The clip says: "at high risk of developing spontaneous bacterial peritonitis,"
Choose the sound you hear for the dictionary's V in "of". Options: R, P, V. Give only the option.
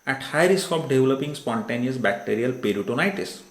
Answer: P